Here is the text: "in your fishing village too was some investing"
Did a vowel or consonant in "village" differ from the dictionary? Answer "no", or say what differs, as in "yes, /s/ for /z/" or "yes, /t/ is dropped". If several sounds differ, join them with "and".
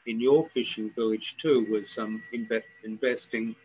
no